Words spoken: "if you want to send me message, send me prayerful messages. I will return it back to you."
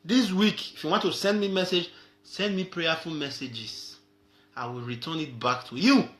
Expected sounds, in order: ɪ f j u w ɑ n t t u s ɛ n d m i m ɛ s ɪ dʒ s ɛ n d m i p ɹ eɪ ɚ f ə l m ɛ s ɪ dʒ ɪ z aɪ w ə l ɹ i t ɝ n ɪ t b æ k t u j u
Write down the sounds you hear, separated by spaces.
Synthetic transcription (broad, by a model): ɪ f j u w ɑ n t t u s ɛ n d m i m ɛ s ɪ dʒ s ɛ n d m i p ɹ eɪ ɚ f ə l m ɛ s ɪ dʒ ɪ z aɪ w ə l ɹ i t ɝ n ɪ t b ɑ k t u j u